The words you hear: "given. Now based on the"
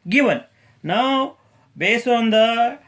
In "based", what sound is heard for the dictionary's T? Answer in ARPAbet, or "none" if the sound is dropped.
none